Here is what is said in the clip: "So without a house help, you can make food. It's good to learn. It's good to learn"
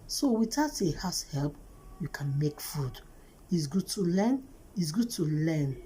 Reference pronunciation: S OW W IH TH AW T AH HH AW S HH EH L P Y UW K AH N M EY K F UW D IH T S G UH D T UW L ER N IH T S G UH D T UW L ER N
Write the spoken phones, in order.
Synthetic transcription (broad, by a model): S OW W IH T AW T AH HH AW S HH EH L P Y UW K AH N M EY K F UW D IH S G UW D T UW L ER N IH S G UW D T UW L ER N